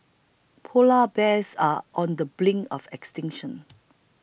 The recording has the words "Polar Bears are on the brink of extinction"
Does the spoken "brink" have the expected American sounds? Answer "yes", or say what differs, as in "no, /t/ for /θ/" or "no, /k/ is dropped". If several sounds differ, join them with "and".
no, /l/ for /ɹ/ and /k/ is dropped